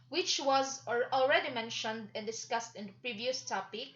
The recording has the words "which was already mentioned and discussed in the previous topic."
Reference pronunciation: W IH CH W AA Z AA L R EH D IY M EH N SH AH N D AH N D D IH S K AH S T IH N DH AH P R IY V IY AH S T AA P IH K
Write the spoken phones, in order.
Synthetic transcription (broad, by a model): W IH CH W AA Z AA L R EH D IY M EH N SH AH N D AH N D D IH S K AH S T IH N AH P R IY V IY AH S T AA P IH K